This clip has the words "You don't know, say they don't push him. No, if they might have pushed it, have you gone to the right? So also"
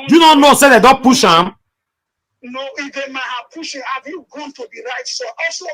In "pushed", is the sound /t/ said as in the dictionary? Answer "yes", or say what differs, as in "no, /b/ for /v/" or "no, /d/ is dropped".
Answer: no, /t/ is dropped